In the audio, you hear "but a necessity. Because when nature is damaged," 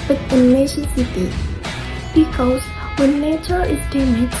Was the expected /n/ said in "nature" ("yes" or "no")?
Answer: yes